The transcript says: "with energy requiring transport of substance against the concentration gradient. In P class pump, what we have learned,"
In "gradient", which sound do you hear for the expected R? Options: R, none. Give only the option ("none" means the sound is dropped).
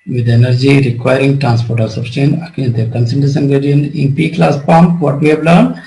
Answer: none